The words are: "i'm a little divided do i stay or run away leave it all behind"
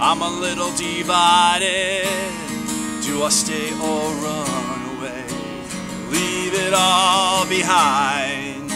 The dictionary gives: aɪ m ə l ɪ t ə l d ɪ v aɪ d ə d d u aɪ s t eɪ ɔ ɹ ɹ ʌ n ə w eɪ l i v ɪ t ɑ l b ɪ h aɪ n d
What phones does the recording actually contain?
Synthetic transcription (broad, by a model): aɪ m ə l ɪ t l d ɪ v aɪ d ə d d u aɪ s t eɪ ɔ l ɹ ʌ n ə w eɪ l i v ɪ t ɑ l b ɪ h aɪ n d